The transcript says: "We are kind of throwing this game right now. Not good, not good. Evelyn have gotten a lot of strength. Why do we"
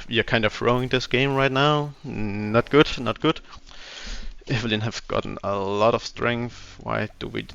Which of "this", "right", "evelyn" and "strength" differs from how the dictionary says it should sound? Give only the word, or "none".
none